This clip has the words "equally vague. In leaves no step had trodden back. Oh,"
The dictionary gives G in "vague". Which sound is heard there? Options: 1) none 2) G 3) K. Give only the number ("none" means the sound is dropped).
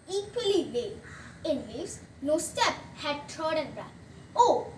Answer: 1